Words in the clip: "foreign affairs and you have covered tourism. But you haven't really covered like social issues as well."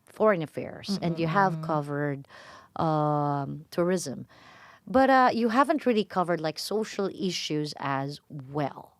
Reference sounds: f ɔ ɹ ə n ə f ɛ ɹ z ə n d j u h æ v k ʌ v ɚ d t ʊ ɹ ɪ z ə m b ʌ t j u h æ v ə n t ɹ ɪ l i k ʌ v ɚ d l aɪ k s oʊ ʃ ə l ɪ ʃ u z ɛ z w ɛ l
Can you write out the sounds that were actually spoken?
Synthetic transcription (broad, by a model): f ɔ ɹ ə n ə f ɛ ɹ z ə n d j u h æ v k ʌ v ɚ d t ʊ ɹ ɪ z ə m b ʌ t j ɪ h æ v ə n t ɹ ɪ l i k ʌ v ɚ d l aɪ k s oʊ ʃ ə l ɪ ʃ u z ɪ z w ɛ l